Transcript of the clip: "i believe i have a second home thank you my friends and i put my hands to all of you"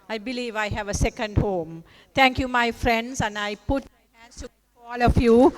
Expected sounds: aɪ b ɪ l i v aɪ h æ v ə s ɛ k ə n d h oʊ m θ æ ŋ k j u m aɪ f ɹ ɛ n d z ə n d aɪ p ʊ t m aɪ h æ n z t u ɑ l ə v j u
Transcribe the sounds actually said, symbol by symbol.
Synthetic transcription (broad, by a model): aɪ b ɪ l i v aɪ h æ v ə s ɛ k ə n d h oʊ m t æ ŋ k j u m aɪ f ɹ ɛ n d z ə n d aɪ p ʊ t m aɪ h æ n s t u ɑ l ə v j u